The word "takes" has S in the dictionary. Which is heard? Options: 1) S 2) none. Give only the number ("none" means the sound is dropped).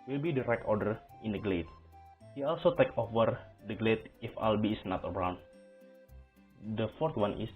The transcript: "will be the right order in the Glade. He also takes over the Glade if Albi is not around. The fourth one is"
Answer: 2